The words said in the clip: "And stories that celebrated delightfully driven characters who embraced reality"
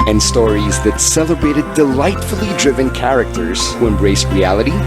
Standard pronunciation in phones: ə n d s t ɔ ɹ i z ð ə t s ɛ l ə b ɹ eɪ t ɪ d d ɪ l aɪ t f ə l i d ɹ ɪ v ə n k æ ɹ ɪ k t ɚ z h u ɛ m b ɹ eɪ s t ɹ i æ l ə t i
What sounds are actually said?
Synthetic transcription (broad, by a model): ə n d s t ɔ ɹ i z ð ə t s ɛ l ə b ɹ eɪ t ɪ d d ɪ l aɪ t f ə l i d ɹ ɪ v ə n k æ ɹ ɪ k t ɚ z h u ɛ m b ɹ eɪ s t ɹ i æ l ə t i